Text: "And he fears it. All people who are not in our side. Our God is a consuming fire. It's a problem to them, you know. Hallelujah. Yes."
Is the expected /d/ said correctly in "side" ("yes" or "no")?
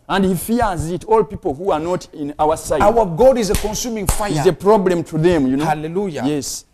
no